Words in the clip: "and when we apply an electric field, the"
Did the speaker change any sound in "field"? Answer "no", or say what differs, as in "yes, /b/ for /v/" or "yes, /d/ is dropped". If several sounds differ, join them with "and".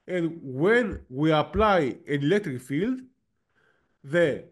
no